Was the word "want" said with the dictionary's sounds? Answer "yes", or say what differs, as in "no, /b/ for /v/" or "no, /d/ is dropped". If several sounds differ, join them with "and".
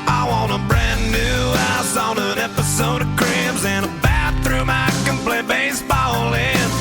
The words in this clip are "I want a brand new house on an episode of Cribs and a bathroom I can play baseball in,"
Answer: no, /t/ is dropped